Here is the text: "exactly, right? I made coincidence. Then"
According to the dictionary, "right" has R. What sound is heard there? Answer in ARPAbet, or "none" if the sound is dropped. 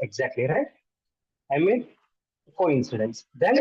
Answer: R